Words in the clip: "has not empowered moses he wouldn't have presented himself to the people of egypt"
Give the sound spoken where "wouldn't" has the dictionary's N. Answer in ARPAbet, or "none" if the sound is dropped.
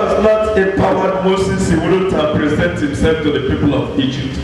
none